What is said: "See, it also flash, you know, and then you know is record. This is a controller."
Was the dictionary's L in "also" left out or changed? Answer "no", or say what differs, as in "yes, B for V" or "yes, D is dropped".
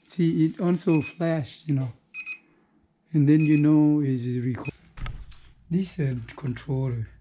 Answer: yes, N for L